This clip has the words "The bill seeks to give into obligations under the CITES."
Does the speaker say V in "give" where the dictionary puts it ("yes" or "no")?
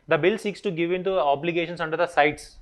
yes